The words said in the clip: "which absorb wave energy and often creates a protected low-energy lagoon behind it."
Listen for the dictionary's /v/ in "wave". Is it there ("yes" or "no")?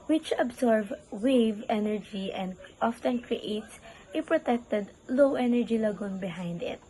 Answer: yes